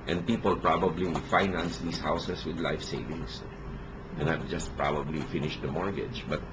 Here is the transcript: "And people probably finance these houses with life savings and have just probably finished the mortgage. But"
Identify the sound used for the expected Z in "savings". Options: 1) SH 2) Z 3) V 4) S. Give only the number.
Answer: 4